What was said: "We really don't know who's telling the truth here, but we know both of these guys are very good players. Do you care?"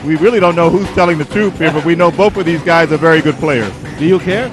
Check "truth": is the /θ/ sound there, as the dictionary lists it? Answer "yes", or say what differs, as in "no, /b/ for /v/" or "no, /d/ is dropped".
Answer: no, /s/ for /θ/